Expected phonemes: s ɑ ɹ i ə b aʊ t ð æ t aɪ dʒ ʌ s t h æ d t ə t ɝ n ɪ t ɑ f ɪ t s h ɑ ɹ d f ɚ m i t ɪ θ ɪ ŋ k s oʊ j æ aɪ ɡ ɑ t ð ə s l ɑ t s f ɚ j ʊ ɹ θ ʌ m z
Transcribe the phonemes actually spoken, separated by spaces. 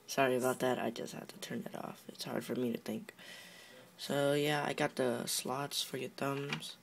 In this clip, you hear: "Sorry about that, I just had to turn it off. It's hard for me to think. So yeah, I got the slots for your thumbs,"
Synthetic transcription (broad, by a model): s ɑ ɹ i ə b aʊ t ð æ t aɪ dʒ ʌ s t h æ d t ə t ɝ n ɪ t ɑ f ɪ t s h ɑ ɹ d f ɚ m i t ɪ θ ɪ ŋ k s oʊ j æ aɪ ɡ ɑ t ð ə s l ɑ t s f ɚ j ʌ ɹ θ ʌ m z